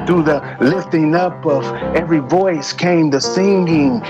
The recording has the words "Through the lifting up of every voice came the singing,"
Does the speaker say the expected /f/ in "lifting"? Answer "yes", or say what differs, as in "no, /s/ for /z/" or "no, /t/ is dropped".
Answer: yes